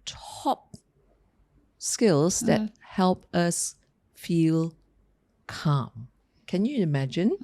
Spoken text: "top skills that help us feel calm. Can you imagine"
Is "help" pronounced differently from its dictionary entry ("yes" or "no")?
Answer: no